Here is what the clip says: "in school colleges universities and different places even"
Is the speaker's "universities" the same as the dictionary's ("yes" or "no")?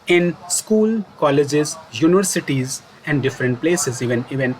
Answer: yes